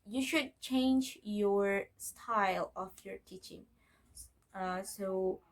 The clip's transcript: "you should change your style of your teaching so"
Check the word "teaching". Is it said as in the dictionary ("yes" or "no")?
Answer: yes